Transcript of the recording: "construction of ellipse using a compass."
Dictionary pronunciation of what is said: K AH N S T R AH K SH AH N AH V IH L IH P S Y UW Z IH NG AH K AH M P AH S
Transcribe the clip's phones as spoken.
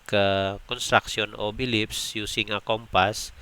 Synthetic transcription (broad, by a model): K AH N S T R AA K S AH N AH B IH L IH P S Y UW S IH NG AH K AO M P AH S